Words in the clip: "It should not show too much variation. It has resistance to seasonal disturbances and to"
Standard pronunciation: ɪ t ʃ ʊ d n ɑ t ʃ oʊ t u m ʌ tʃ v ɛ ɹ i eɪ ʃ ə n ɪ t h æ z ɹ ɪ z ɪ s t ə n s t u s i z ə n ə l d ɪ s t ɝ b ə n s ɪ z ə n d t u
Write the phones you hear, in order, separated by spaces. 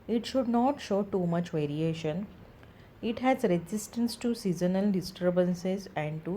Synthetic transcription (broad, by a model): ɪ t ʃ ʊ d n ɑ t ʃ oʊ t u m ʌ tʃ v ɛ ɹ i eɪ ʃ ə n ɪ t h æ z ɹ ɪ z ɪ s t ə n s t u s i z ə n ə l d ɪ s t ɝ b ə n s ɪ z ə n d t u